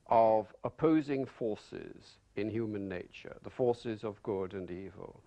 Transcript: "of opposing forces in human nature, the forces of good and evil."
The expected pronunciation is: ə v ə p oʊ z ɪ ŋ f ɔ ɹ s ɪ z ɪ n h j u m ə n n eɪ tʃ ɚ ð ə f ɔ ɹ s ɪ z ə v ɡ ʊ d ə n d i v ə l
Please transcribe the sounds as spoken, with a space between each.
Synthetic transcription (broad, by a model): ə v ə p oʊ z ɪ ŋ f ɔ ɹ s ɪ z ɪ n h j u m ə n n eɪ tʃ ɚ ð ə f ɔ ɹ s ɪ z ə v ɡ ʊ d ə n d i v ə l